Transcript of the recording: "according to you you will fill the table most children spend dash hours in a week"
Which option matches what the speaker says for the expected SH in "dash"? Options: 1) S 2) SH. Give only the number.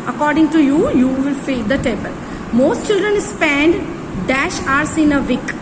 2